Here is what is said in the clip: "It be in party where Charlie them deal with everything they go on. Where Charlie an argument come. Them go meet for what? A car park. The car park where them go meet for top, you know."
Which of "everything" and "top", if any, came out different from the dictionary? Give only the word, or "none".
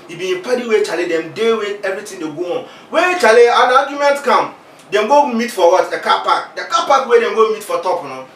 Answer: everything